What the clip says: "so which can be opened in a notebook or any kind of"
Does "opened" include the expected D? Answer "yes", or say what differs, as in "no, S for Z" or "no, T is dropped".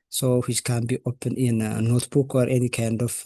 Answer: no, D is dropped